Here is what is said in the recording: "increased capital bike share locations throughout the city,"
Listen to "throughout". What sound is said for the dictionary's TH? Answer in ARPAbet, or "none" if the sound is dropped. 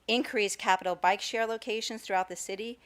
TH